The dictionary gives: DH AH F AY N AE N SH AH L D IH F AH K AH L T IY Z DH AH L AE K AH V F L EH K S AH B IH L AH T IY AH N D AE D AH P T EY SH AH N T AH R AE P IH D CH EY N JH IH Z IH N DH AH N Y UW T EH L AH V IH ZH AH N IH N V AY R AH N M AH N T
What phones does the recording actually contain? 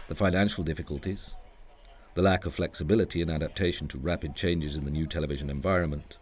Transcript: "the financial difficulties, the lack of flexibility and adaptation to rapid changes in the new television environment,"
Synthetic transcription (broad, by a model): DH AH F AY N AE N SH L D IH F AH K AH L T IY Z DH AH L AE K AH V F L EH K S AH B IH L AH T IY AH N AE D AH P T EY SH N T AH R AE P IH D CH EY N JH IH Z IH N DH AH N Y UW T EH L AH V IH ZH AH N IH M V AY R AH N M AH N T